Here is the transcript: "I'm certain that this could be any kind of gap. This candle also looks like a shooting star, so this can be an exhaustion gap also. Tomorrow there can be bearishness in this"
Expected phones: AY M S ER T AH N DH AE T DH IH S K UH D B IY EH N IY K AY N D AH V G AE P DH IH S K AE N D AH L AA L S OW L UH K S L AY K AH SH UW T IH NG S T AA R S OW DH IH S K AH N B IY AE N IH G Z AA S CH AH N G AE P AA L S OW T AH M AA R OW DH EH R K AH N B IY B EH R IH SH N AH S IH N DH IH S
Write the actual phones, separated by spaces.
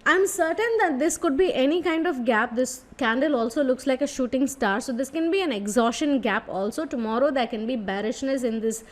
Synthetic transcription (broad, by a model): AY M S ER T AH N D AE T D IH S K UH D B IY EH N IY K AY N D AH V G AE P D IH S K AE N D AH L AA L S OW L UH K S L AY K AH SH UW T IH NG S T AA R S OW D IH S K AH N B IY AE N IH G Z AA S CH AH N G AE P AA L S OW T AH M AA R OW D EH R K AH N B IY B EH R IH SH N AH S IH N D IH S